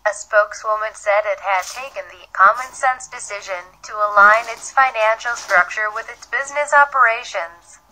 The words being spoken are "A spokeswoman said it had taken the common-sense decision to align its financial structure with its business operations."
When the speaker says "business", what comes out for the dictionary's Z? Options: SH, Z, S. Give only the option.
Z